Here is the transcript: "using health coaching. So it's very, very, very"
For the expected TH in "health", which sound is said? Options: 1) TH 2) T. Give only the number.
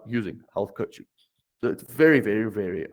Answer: 1